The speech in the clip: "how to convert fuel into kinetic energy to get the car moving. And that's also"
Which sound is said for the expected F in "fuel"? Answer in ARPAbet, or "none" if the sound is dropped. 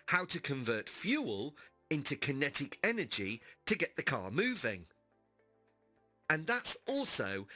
F